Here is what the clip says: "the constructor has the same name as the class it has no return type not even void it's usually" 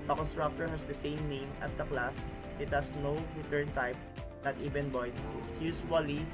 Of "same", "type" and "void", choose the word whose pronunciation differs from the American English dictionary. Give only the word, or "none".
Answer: void